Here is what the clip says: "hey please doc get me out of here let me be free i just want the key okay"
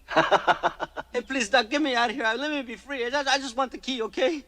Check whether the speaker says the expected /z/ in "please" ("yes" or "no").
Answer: yes